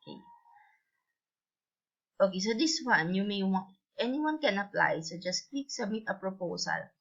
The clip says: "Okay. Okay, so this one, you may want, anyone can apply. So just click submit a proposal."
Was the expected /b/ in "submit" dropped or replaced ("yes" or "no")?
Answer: yes